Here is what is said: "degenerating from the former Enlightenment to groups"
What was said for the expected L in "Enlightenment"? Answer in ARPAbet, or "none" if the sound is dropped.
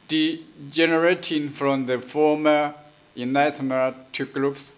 none